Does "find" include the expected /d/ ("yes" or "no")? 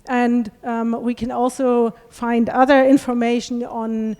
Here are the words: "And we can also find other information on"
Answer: yes